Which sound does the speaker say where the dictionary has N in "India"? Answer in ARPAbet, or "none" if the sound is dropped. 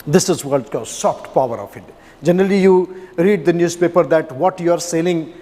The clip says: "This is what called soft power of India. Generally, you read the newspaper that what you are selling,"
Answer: none